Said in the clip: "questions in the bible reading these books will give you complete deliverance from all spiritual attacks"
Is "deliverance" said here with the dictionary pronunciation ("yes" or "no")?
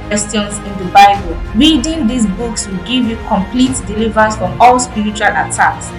no